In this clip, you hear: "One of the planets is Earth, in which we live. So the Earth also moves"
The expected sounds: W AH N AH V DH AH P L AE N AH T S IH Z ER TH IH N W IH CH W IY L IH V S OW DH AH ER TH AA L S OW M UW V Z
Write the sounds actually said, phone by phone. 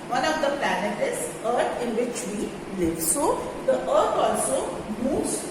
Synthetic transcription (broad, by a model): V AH N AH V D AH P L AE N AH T IH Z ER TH IH N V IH CH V IY L IH V S OW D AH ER T AA L S OW M UW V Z